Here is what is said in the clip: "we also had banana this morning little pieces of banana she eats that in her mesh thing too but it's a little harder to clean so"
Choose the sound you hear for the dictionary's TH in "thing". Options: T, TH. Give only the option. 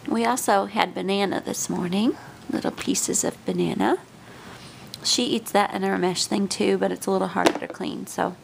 TH